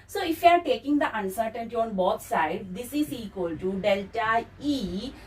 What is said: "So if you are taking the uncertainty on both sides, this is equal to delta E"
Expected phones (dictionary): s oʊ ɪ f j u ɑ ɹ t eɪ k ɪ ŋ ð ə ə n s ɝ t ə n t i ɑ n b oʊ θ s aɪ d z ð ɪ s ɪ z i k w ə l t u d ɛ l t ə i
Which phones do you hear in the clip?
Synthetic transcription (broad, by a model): s oʊ ɪ f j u ɑ ɹ t eɪ k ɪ ŋ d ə ə n s ɝ t ə n t i ɑ n b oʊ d s aɪ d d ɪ s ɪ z i k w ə l t u d ɛ l t ə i